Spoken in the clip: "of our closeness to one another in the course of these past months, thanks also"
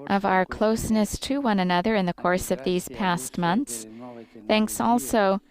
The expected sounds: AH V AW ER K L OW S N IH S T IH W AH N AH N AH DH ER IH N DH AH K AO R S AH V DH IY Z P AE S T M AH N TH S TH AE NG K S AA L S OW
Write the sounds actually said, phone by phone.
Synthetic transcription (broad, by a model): AH V AW ER K L OW S N IH S T IH W AH N AH N AH DH ER IH N DH AH K AO R S AH V DH IY Z P AE S T M AH N TH S TH AE NG K S AA L S OW